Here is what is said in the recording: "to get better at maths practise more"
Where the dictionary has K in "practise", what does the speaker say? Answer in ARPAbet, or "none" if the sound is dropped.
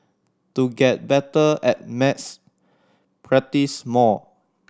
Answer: none